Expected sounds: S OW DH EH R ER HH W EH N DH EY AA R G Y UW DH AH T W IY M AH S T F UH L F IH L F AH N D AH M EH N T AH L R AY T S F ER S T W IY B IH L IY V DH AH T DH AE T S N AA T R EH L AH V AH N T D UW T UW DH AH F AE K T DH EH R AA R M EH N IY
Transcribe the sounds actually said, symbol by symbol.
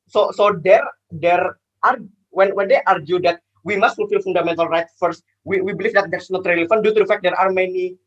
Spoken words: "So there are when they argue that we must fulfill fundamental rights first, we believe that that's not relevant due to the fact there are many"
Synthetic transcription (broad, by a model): S OW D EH R ER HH W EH N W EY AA R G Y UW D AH T W IY M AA S T F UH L F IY L F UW N D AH M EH N T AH L R AY T F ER S T W IY B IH L IY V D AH T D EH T S N AA T R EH L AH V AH N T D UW T UW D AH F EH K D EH R AA R M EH N IY